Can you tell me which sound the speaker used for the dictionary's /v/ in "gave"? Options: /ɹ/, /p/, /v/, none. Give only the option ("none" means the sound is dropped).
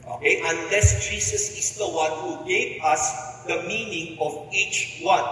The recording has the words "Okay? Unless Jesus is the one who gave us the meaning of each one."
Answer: /p/